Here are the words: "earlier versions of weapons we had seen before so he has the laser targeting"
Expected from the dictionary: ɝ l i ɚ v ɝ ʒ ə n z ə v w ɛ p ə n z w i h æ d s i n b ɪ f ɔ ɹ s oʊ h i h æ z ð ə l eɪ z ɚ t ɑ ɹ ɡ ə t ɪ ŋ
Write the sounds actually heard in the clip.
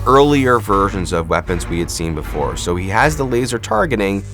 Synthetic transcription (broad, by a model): ɝ l i ɚ v ɝ ʒ ə n z ə v w ɛ p ə n z w i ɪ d s i n b ɪ f ɔ ɹ s oʊ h i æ z ð ə l eɪ z ɚ t ɑ ɹ ɡ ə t ɪ ŋ